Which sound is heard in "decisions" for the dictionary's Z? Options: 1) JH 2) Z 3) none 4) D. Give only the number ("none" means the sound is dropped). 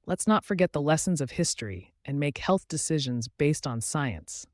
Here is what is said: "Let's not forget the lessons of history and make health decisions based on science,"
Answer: 2